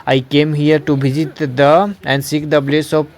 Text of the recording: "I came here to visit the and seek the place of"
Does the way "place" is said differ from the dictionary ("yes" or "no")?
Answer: yes